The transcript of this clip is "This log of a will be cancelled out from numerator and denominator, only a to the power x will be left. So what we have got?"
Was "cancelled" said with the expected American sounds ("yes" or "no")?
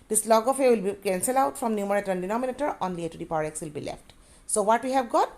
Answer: no